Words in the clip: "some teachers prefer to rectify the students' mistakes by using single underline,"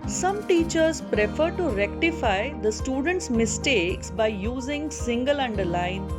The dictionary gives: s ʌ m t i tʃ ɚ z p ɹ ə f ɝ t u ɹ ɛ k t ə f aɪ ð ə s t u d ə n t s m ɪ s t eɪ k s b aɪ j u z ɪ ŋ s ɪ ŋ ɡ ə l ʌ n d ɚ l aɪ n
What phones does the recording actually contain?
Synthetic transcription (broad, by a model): s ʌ m t i tʃ ɚ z p ɹ ə f ɝ t u ɹ ɛ k t ə f aɪ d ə s t u d ə n t s m ɪ s t eɪ k s b aɪ j u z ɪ ŋ s ɪ ŋ ɡ ə l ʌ n d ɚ l aɪ n